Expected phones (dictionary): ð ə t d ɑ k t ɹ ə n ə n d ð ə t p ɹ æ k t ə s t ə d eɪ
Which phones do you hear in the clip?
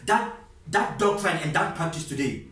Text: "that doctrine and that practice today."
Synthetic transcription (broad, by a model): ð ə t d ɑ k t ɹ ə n ə n d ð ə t p ɑ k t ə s t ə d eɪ